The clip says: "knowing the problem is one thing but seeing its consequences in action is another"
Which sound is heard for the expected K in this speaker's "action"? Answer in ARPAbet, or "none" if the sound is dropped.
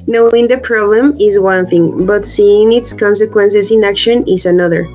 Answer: K